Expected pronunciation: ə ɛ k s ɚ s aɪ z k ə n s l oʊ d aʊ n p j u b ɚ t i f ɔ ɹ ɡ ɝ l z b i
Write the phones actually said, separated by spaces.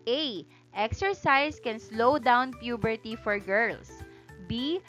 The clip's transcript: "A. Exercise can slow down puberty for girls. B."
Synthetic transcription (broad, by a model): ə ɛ k s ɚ s aɪ s k ə n s l oʊ d aʊ n p j u b ɚ t i f ɔ ɹ ɡ ɝ l s b i